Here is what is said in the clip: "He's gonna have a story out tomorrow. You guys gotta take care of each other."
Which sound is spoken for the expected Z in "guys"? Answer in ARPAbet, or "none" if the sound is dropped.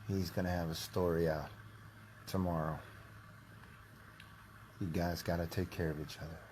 Z